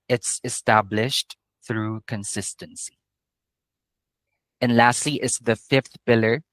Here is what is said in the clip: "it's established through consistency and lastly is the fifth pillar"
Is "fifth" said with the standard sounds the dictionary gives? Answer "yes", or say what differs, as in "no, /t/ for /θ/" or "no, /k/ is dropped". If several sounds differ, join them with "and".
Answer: yes